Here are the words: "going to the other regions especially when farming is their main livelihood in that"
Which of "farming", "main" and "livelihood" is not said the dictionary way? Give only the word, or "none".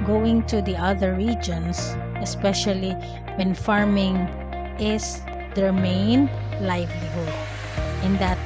livelihood